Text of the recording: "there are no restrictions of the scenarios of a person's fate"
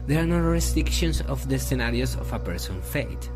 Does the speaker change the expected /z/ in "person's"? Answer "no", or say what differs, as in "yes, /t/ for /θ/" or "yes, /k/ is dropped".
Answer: yes, /z/ is dropped